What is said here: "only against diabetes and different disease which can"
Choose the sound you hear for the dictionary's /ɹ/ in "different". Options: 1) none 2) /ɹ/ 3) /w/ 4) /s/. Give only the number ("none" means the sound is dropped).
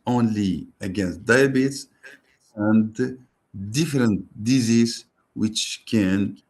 2